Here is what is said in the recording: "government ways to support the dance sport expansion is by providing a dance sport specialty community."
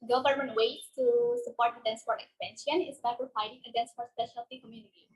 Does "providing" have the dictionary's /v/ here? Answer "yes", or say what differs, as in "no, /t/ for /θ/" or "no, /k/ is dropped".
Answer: no, /f/ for /v/